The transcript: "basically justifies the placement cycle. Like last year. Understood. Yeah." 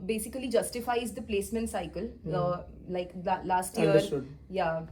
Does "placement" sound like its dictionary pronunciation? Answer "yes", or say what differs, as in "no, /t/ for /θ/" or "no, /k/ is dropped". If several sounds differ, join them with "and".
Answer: yes